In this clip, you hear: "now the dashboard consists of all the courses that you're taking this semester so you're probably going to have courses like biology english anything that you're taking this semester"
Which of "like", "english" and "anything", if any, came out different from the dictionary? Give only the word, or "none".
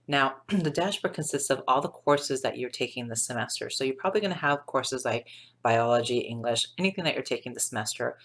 none